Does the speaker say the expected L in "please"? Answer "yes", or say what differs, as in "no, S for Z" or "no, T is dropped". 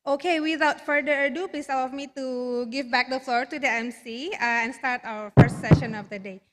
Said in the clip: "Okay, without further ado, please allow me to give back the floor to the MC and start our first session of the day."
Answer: no, L is dropped